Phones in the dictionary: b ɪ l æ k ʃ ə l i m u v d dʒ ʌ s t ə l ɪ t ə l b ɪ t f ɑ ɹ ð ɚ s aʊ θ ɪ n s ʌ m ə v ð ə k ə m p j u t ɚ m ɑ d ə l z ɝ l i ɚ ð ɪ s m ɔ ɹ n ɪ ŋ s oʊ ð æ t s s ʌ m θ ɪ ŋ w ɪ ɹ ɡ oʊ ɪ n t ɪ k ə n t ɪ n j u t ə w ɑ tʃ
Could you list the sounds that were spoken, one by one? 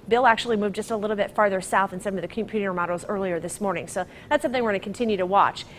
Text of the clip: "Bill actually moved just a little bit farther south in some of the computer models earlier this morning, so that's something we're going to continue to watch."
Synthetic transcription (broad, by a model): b ɪ l æ k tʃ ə l i m u v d dʒ ʌ s t ə l ɪ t l b ɪ t f ɑ ɹ ð ɚ s aʊ θ ɪ n s ʌ m ə v ð ə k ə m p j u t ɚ m ɑ d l z ɝ l i ɚ ð ɪ s m ɔ ɹ n ɪ ŋ s oʊ ð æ t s s ʌ m θ ɪ ŋ w ɪ ɹ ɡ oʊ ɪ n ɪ k n t ɪ n j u t ə w ɑ tʃ